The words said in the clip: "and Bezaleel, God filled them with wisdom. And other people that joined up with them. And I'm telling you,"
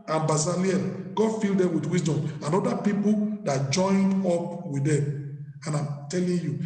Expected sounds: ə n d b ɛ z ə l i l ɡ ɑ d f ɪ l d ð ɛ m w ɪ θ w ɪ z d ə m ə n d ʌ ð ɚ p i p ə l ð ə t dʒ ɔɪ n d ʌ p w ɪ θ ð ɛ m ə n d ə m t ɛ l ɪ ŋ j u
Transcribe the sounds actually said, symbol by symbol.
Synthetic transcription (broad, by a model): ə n b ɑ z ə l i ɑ ɡ ɑ d f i l d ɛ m w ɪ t w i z d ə m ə n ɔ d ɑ p i p ə l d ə t dʒ ɔɪ n d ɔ p w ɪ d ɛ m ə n ə m t ɛ l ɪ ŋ j u